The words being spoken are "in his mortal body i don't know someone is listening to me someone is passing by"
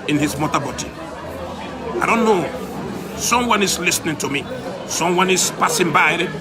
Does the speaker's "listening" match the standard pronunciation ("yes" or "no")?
yes